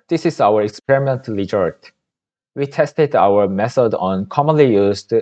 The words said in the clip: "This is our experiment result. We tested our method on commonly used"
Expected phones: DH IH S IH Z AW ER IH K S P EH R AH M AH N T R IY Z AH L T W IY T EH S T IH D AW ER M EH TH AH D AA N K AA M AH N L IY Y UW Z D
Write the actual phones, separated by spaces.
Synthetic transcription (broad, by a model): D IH S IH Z AW ER IH K S P EH R AH M AH N T L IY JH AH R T W IY T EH S T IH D AW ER M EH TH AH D AA N K AA M AH N L IY Y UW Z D